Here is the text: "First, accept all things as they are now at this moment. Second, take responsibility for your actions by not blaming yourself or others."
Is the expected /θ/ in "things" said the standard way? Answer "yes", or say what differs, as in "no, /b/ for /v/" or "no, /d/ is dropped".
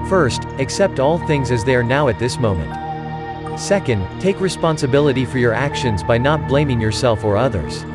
yes